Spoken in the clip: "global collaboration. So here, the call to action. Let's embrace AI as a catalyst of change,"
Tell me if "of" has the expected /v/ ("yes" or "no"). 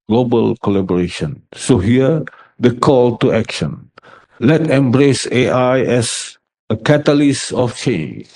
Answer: no